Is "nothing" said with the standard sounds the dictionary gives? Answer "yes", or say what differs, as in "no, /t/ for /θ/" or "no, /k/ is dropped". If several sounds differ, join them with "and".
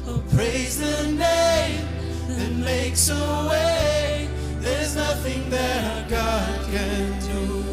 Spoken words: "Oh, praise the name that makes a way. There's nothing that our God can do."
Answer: yes